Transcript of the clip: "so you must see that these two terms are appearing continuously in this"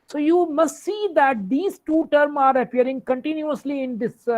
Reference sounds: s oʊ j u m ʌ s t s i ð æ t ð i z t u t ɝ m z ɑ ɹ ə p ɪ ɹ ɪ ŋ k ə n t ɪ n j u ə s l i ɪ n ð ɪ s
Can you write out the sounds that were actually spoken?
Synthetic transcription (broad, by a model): s oʊ j u m ʌ s t s i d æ t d i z t u t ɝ m ɑ ɹ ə p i ɹ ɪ ŋ k ə n t ɪ n j u ə s l i ɪ n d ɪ s